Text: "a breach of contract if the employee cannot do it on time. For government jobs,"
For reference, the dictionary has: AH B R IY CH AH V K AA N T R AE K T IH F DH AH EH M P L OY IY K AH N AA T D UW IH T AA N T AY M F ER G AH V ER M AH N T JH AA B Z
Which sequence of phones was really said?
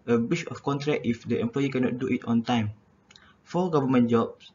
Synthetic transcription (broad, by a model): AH B IY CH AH F K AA N T R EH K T IH F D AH EH M P L OY IY K AH N AA T D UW IH T AA N T AY M F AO G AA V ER M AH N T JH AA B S